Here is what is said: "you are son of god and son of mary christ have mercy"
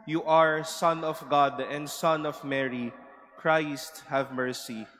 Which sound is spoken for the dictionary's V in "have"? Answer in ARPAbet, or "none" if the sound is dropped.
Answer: V